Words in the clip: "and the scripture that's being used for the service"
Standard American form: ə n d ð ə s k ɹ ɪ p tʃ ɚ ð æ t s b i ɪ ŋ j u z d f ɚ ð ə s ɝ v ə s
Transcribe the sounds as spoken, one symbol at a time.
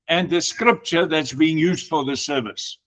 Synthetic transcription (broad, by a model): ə n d ð ə s k ɹ ɪ p tʃ ɚ ð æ t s b i ɪ ŋ j u z d f ɚ ð ə s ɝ v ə s